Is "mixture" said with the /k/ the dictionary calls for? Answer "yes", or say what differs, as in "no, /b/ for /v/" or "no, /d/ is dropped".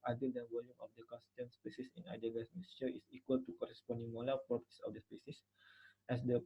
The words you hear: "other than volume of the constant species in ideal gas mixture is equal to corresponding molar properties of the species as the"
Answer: no, /k/ is dropped